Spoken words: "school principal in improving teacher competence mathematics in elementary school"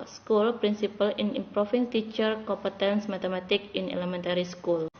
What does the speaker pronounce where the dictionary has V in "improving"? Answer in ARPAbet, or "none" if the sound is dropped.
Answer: F